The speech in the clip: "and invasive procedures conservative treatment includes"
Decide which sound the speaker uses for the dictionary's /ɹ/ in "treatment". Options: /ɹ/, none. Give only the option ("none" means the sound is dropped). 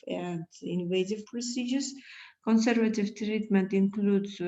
/ɹ/